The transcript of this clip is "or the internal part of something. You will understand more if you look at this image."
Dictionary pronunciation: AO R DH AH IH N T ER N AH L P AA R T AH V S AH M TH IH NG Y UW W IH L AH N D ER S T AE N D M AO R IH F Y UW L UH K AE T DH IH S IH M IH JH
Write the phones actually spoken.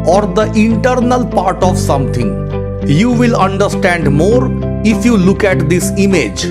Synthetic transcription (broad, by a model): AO R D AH IH N T ER N AH L P AA R T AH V S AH M T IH NG Y UW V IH L AH N D ER S T AE N D M AO R IH F Y UW L UH K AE T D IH S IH M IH JH